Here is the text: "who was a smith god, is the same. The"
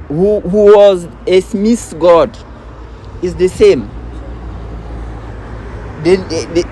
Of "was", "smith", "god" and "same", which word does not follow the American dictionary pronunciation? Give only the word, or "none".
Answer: smith